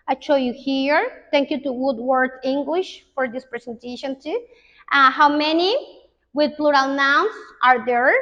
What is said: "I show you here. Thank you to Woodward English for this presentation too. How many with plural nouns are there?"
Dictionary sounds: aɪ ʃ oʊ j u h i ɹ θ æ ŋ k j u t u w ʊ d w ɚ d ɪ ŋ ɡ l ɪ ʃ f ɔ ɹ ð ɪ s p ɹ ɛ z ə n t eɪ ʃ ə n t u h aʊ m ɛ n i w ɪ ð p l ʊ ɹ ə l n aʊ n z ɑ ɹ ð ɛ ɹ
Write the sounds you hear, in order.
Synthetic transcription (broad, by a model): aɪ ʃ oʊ j u h i ɹ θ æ ŋ k j u t u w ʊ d w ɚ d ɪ ŋ ɡ l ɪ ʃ f ɔ ɹ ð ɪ s p ɹ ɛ s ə n t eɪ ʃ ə n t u h aʊ m ɛ n i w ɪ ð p l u ɹ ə l n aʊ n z ɑ ɹ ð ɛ ɹ